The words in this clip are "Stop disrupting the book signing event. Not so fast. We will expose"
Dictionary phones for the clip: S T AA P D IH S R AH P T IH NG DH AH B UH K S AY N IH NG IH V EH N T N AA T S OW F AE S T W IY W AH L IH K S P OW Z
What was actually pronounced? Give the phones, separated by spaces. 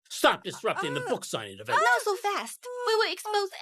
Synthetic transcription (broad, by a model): S T AA P D IH S R AH P T IH NG DH AH B UH K S AY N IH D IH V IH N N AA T S OW F AE S T W IY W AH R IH K S P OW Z